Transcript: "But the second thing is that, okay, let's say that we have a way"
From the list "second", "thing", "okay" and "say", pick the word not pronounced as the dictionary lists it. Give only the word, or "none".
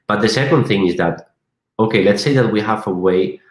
none